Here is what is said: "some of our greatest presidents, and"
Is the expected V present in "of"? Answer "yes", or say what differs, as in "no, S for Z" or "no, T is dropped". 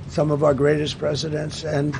yes